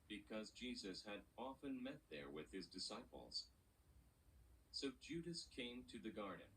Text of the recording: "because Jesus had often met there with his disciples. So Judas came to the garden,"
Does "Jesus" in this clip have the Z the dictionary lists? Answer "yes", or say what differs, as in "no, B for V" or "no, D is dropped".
yes